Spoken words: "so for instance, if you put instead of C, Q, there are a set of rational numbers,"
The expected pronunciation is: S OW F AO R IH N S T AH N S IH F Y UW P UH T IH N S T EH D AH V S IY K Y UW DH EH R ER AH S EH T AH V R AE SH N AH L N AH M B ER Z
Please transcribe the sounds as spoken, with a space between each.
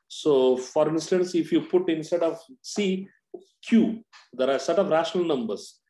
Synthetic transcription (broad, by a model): S OW F AO R IH N S T AH N S IH F Y UW P UH T IH N S T EH D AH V S IY K Y UW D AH R AH S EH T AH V R AE SH N AH L N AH M B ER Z